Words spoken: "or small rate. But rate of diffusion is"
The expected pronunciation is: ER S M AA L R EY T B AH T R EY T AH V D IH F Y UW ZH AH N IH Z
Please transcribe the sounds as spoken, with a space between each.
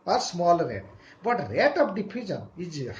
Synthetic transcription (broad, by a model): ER S M AA L R EY T B AH T R EY T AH P D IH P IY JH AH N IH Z